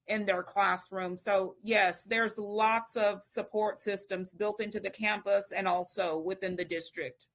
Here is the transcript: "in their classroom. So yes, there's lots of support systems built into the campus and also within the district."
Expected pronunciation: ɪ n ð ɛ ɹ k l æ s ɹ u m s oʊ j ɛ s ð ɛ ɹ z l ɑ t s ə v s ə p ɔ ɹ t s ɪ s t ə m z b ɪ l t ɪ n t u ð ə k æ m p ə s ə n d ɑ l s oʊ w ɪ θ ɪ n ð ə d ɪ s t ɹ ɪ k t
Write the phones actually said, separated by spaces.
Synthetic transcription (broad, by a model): ɪ n ð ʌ ɹ k l æ s ɹ u m s oʊ j ɛ s ð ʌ ɹ z l ɑ t s ə v s ə p ɔ ɹ t s ɪ s t ə m z b ɪ l t ɪ n t u ð ə k æ m p ə s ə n ɑ l s oʊ w ɪ θ ɪ n ð ə d ɪ s t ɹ ɪ k t